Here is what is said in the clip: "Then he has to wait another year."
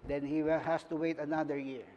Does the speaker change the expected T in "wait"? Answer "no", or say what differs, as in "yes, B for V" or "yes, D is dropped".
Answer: no